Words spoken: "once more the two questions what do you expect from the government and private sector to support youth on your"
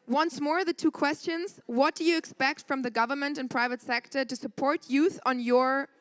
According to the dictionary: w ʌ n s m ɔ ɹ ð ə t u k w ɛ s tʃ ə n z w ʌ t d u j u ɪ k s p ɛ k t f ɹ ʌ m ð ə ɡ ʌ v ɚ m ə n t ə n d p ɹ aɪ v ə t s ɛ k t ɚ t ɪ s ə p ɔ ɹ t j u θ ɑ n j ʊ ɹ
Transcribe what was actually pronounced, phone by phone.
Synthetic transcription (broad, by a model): w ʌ n s m ɔ ɹ ð ə t u k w ɛ s tʃ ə n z w ʌ t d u j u ɪ k s p ɛ k t f ɹ ʌ m ð ə ɡ ʌ v ɚ m ə n t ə n p ɹ aɪ v ə t s ɛ k t ɚ t ɪ s ə p ɔ ɹ t j u θ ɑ n j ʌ ɹ